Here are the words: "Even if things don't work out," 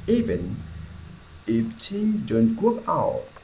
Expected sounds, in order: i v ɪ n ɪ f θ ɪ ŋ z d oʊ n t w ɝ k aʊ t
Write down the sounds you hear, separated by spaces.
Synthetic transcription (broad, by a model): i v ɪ n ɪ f t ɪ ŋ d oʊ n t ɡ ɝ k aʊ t